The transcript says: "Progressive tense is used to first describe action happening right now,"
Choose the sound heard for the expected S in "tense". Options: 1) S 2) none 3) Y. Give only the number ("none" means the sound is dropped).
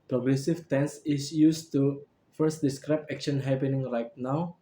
1